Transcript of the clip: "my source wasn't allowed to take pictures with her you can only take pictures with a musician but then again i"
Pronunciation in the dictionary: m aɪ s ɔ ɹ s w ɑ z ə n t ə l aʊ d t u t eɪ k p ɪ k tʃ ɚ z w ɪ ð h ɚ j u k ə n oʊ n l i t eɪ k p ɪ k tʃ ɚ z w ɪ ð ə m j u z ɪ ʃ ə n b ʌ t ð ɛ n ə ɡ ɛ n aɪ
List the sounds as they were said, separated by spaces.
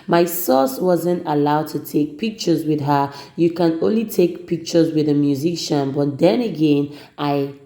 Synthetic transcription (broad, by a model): m aɪ s ɔ s w ɑ z ə n t ə l aʊ d t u t eɪ k p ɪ k tʃ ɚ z w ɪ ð h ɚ j u k ə n oʊ n l i t eɪ k p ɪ k tʃ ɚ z w ɪ ð ə m j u z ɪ ʃ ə n b ʌ t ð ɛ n ə ɡ ɛ n aɪ